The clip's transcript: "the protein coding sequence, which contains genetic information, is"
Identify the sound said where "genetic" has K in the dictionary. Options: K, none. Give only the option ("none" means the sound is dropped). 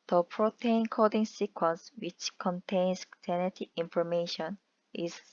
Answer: none